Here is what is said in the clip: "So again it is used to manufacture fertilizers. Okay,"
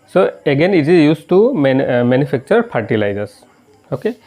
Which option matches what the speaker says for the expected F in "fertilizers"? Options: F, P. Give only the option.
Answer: P